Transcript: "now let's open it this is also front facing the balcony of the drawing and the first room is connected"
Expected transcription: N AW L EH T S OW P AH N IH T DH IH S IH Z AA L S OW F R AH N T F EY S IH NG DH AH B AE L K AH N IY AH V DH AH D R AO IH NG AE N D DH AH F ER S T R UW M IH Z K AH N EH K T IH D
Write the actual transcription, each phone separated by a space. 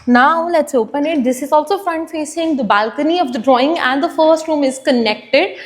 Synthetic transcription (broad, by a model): N AW L EH T S OW P AH N IH T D IH S IH Z AA L S OW F R AH N T F EY S IH NG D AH B AE L K AH N IY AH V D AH D R AO IH NG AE N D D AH F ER S T R UW M IH Z K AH N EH K T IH D